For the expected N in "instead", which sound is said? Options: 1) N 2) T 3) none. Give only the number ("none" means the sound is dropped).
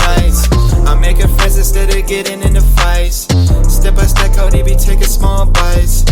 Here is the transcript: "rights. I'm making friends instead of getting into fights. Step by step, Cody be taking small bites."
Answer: 3